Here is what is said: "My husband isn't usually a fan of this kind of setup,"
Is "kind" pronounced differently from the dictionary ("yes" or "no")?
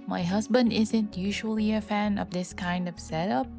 no